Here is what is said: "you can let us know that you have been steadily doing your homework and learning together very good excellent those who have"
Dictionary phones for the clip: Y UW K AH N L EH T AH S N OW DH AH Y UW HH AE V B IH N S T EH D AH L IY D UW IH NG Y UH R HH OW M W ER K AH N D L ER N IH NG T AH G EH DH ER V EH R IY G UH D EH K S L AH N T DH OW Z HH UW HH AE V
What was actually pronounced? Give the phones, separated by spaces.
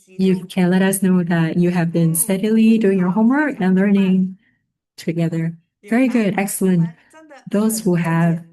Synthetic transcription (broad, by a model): Y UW K AH N L EH T AH S N OW DH AH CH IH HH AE V B IH N S T EH D AH L IY D UW IH NG Y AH R HH OW M W ER K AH N L ER N IH NG T AH G EH DH ER V EH R IY G UH D EH K S L AH N T DH OW Z HH UW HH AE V